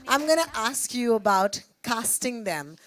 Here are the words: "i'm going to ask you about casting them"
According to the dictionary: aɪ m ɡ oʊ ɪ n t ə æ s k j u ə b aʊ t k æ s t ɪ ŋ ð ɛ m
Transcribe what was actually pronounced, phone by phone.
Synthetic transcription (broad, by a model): aɪ m ɡ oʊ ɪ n t ə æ s k j u ə b aʊ t k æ s t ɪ ŋ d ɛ m